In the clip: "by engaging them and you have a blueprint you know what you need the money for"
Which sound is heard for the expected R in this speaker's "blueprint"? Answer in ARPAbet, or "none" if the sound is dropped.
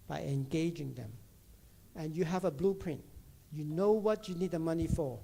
R